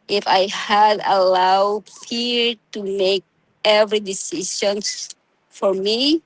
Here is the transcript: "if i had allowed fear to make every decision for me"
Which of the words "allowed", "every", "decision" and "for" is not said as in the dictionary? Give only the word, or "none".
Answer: decision